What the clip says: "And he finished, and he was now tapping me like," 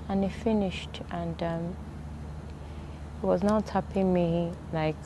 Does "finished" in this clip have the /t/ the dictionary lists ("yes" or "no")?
yes